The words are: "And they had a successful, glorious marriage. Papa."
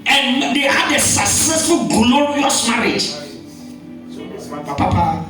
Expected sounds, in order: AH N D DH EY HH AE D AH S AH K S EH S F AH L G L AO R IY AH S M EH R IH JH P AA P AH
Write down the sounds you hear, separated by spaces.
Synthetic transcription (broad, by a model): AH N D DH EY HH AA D AH S AH K S EH S F AH L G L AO W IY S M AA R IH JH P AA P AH